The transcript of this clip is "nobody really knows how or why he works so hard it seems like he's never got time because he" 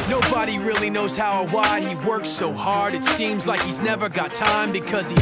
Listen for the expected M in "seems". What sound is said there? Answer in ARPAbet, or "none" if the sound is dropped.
M